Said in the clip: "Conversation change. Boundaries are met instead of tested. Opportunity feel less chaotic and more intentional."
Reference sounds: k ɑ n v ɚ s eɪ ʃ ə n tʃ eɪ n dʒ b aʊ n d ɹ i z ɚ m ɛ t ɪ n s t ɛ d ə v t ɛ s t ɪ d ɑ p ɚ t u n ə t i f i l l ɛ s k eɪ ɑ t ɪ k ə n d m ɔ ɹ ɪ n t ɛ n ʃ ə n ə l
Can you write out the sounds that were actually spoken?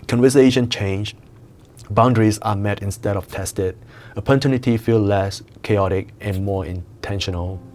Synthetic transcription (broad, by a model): k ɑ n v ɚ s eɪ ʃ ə n tʃ eɪ n dʒ b aʊ n d ɹ i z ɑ m ɛ t ɪ n s t ɛ d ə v t ɛ s t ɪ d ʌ p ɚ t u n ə t i f i l l ɛ s k eɪ ɑ t ɪ k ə n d m ɔ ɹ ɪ n t ɛ n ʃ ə n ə l